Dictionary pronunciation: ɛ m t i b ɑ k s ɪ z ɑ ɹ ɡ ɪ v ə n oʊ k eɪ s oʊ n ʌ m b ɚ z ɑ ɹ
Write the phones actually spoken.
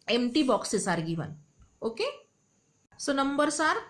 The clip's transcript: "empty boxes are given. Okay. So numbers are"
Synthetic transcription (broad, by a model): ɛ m t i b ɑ k s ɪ s ɑ ɹ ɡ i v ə n oʊ k eɪ s oʊ n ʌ m b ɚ s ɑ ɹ